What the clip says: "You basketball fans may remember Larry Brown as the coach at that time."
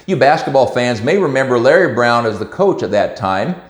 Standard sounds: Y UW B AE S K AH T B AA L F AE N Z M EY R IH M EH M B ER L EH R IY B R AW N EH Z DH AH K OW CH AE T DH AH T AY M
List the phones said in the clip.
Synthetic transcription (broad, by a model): Y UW B AE S K AH T B AA L F AE N Z M EY R IH M EH M B ER L EH R IY B R AW N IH Z DH AH K OW CH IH T DH AH T AY M